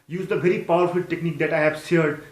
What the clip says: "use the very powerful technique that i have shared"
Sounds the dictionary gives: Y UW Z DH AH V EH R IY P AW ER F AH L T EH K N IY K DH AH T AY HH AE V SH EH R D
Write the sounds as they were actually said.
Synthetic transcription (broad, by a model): Y UW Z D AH V EH R IY P AW ER F AH L T EH K N IY K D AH T AY HH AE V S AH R D